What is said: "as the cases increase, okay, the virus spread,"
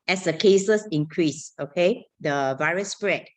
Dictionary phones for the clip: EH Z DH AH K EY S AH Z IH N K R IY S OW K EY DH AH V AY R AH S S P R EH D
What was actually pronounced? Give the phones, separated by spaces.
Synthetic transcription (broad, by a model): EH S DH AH K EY S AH S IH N K R IY S OW K EY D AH V AY R AH S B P R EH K